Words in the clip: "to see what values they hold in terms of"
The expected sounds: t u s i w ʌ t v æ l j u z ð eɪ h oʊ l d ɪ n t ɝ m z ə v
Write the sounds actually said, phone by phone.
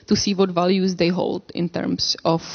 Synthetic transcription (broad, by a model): t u s i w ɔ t v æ l j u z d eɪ h oʊ l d ɪ n t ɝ m s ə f